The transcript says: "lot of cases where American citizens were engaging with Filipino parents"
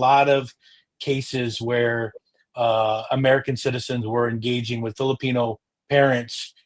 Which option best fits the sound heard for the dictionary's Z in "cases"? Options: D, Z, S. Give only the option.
Z